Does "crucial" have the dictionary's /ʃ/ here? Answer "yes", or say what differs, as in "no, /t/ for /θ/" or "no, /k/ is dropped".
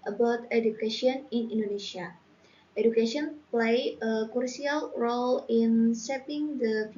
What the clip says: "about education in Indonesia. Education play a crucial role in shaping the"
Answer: no, /ʃ/ is dropped